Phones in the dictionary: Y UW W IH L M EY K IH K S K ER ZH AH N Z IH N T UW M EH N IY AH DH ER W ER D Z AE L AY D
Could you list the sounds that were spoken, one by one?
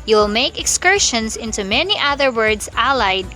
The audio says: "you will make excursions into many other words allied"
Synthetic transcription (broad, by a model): Y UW W IH L M EY K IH K S K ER SH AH N S IH N T UW M EH N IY AH DH ER W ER D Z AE L AY D